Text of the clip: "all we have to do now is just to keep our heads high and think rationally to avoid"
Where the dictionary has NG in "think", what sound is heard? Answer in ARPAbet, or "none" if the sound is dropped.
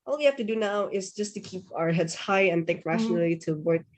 none